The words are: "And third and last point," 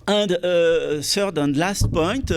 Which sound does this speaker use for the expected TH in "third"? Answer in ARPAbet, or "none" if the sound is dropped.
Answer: S